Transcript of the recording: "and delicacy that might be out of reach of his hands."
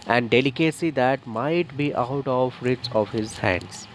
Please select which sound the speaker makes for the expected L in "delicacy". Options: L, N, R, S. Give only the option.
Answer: L